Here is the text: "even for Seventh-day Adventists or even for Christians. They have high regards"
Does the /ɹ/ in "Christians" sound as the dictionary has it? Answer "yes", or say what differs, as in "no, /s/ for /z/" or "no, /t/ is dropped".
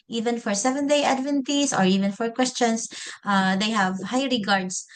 no, /w/ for /ɹ/